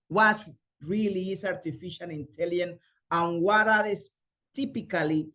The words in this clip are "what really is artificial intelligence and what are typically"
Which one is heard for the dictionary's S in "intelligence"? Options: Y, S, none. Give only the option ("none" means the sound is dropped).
none